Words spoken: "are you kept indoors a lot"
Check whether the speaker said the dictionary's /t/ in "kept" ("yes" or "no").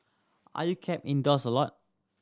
no